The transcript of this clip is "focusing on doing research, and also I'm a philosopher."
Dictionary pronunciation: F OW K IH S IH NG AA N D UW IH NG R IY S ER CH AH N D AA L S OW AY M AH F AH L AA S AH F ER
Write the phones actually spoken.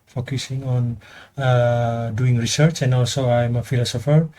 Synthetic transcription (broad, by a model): F OW K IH S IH NG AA N D UW IH NG R IY S ER CH AH N D AA L S OW AY M AH F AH L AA S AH F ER